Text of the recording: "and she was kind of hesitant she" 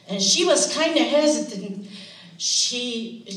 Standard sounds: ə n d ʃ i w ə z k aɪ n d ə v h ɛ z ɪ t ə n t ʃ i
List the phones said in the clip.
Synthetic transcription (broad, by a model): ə n ʃ i w ə z k aɪ n d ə h ɛ z ɪ t ə n t ʃ i